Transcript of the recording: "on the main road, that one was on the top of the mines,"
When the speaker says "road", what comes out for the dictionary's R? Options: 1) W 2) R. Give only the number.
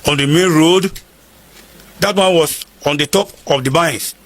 2